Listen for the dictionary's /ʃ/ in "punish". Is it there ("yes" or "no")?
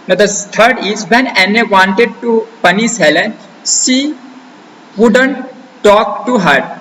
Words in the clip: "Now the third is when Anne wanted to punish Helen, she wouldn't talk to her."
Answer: no